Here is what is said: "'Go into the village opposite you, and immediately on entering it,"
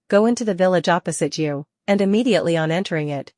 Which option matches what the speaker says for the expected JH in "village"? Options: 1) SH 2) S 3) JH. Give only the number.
3